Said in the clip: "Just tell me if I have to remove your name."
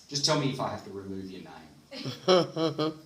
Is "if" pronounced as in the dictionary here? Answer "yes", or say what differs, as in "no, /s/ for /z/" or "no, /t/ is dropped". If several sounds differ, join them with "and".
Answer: yes